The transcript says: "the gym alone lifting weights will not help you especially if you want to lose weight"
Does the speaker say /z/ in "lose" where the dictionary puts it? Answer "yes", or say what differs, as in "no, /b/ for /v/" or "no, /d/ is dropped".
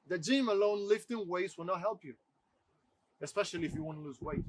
yes